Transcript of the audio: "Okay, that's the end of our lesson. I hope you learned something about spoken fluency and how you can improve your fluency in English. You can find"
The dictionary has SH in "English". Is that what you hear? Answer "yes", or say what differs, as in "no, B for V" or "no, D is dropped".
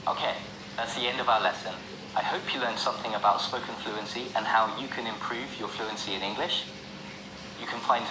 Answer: yes